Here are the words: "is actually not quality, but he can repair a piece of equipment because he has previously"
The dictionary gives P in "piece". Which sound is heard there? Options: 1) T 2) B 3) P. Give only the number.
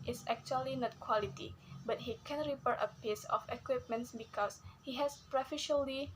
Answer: 3